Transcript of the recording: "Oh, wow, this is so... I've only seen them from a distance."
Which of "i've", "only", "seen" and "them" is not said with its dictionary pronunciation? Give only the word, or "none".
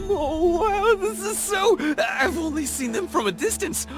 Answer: none